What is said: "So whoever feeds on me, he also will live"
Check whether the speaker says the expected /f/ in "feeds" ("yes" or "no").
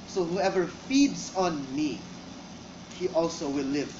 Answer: yes